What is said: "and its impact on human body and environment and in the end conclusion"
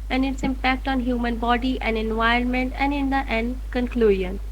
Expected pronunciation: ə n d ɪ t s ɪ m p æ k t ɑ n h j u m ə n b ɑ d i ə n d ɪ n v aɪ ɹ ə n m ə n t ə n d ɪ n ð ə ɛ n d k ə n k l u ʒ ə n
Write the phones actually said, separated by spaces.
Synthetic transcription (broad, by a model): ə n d ɪ t s ɪ m p æ k t ɑ n h j u m ə n b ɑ d i ə n d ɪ n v aɪ ə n m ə n t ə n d ɪ n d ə ɛ n d k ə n k l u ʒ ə n